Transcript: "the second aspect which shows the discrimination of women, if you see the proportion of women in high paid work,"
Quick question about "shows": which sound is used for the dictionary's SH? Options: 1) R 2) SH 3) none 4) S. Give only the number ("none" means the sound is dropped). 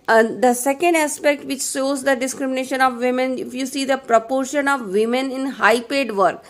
4